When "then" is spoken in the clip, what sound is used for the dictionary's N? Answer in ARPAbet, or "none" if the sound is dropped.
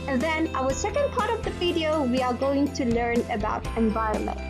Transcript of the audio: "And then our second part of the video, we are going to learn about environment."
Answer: N